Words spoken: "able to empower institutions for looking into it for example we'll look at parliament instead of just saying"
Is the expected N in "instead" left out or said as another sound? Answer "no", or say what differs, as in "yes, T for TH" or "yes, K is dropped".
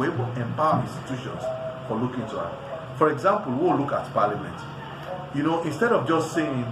no